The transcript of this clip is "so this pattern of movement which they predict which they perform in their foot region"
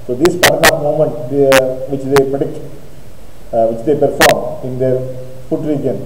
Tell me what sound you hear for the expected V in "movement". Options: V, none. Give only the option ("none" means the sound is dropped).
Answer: none